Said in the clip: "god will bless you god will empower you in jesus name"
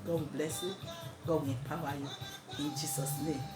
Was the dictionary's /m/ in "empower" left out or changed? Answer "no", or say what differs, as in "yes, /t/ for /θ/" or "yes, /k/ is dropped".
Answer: yes, /m/ is dropped